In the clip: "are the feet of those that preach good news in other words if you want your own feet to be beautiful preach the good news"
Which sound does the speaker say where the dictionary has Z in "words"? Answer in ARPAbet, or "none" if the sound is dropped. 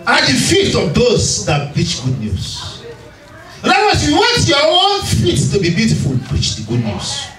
none